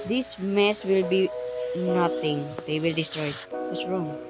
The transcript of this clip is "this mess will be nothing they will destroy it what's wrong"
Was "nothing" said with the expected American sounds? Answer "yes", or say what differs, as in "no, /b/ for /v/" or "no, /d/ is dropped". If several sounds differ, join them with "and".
no, /t/ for /θ/